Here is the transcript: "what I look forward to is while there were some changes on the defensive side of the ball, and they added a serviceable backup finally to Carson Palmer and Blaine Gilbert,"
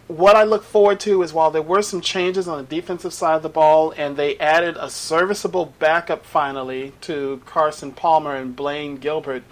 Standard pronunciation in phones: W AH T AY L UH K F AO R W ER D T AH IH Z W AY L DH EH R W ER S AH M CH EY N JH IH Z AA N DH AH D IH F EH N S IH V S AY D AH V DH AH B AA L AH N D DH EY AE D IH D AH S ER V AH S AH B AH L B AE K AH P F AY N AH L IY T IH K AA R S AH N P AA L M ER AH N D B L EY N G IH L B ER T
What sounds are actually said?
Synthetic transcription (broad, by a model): W AH T AY L UH K F AO R W ER D T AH IH Z W AY L DH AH R W ER S AH M CH EY N JH IH Z N DH AH D IH F EH N S IH V S AY D AH V DH AH B AA L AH N DH EY AE D IH D AH S ER V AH S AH B L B AE K AH P F AY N L IY T IH K AA R S AH N P AA L M ER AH N B L EY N G IH L B ER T